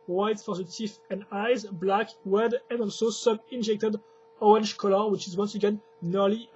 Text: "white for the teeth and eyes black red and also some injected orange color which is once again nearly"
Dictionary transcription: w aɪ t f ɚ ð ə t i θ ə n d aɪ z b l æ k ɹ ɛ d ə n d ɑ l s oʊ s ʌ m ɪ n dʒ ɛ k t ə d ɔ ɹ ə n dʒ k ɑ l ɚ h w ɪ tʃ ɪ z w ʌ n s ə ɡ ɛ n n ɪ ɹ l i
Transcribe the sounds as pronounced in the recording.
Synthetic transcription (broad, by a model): w aɪ t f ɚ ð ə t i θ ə n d aɪ z b l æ k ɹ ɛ d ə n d ɑ l s oʊ s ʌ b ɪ n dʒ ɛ k t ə d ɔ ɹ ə n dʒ k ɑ l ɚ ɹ w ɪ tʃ ɪ z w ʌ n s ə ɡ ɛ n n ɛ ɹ l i